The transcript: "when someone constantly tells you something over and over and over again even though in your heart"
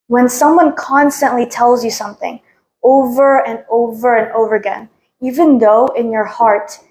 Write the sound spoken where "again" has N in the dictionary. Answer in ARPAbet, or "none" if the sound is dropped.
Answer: N